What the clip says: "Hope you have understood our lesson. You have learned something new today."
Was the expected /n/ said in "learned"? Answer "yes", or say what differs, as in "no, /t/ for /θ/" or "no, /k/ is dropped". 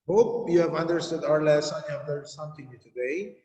no, /n/ is dropped